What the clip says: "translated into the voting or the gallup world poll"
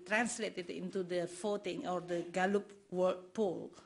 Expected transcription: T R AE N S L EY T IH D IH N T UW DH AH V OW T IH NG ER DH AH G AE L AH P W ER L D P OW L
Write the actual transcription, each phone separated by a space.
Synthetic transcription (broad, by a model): T R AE N S L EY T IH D IH N T UW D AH F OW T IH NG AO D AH G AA L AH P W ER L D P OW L